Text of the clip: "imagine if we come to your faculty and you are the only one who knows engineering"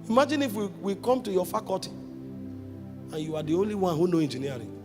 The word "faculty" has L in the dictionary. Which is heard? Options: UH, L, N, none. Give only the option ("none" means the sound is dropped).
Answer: none